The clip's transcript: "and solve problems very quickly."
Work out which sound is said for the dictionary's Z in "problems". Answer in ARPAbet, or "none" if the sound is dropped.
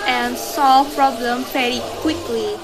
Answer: none